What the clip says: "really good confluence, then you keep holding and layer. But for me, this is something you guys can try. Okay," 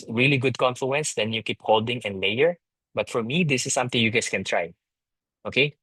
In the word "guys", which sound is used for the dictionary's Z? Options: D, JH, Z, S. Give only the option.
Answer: S